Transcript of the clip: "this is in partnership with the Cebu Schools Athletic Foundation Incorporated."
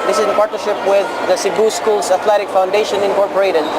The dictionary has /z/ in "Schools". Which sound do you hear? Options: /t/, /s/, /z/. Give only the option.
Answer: /s/